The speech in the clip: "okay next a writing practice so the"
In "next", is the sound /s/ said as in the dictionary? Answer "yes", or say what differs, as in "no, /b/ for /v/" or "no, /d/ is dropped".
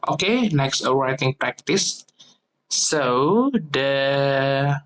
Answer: yes